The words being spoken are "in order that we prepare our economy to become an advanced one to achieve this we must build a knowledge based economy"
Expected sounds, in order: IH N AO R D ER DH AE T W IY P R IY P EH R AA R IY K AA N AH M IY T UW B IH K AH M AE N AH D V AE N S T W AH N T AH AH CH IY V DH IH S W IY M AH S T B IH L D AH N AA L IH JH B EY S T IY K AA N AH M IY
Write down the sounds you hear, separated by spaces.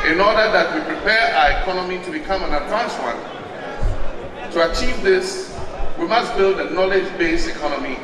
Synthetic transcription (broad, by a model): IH N AO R D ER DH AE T W IY P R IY P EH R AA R IY K AA N AH M IY T UW B IH K AH M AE N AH D V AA N S W AH N T AH AH CH IY V DH IH S W IY M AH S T B IH L D AH N AA L IH JH B EY S T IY K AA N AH M IY